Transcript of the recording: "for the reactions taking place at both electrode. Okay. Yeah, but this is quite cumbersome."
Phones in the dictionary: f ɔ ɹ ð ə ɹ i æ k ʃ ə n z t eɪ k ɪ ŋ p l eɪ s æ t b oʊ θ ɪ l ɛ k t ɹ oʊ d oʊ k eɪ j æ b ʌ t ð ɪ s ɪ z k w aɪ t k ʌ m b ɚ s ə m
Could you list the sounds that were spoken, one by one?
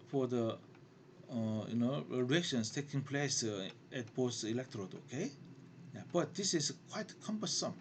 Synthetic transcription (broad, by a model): f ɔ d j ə ɹ i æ k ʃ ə n s t eɪ k ɪ ŋ p l eɪ s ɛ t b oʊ s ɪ l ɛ k t ɹ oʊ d oʊ k eɪ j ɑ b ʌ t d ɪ s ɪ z k w aɪ t k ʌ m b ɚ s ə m